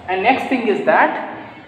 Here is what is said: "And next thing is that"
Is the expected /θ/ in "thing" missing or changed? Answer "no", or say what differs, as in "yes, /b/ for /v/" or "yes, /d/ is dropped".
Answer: yes, /t/ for /θ/